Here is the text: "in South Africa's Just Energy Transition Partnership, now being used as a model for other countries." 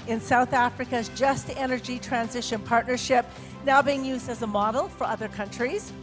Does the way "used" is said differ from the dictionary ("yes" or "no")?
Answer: no